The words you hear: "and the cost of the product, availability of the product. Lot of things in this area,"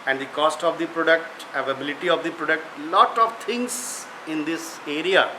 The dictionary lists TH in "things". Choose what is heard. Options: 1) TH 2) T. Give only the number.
2